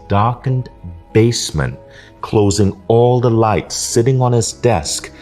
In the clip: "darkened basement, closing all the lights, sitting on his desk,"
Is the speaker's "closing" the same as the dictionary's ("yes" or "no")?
yes